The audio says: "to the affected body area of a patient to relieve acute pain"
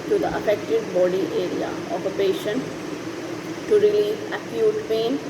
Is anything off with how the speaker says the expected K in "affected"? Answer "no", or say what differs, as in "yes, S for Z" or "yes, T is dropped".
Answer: no